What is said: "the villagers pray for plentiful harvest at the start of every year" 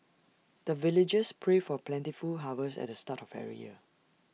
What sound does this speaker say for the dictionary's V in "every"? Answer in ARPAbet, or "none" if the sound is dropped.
none